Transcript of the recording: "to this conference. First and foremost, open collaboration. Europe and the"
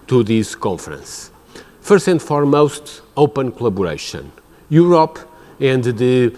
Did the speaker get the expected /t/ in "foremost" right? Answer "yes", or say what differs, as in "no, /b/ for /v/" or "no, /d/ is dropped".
yes